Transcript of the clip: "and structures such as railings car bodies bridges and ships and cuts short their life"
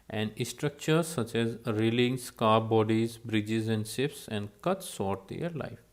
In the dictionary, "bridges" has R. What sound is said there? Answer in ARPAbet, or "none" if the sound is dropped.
R